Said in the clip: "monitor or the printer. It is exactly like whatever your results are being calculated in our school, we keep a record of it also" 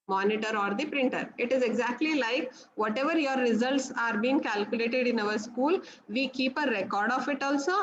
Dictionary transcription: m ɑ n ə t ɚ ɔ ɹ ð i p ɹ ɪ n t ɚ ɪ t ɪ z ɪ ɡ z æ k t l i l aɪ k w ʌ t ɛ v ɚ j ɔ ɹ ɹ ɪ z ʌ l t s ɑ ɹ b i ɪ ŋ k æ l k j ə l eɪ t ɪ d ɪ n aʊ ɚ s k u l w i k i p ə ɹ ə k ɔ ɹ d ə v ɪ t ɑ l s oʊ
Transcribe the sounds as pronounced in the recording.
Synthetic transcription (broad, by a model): m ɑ n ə t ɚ ɔ ɹ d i p ɹ ɪ n t ɚ ɪ t ɪ z ɪ ɡ z æ k t l i l aɪ k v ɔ t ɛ v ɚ j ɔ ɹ ɹ ɪ z ʌ l t s ɑ ɹ b i ɪ ŋ k æ l k j ə l eɪ t ɪ d ɪ n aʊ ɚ s k u l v i k i p ə ɹ ə k ɔ ɹ d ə f ɪ t ɑ l s oʊ